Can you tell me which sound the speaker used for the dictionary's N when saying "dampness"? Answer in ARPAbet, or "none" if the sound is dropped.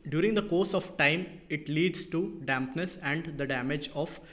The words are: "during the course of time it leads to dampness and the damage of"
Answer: N